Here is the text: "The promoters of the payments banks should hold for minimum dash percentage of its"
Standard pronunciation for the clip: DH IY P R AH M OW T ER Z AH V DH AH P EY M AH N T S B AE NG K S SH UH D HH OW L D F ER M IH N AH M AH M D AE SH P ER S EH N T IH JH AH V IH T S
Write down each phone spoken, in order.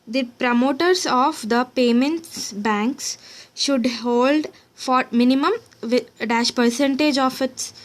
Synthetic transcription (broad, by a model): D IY P R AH M OW T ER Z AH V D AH P EY M AH N T S B AE NG K S SH UH D HH OW L D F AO M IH N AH M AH M D AE SH P ER S EH N T IH JH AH F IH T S